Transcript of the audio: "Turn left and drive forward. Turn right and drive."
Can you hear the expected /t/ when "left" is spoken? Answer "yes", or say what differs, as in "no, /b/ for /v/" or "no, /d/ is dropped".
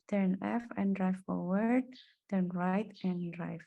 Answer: no, /t/ is dropped